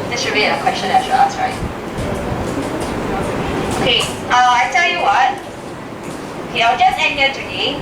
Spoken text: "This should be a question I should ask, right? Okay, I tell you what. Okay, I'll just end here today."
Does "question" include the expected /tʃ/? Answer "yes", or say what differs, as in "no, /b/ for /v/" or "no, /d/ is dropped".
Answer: yes